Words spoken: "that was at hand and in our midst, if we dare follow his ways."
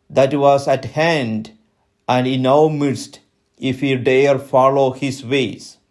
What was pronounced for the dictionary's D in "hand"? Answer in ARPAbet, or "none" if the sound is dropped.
D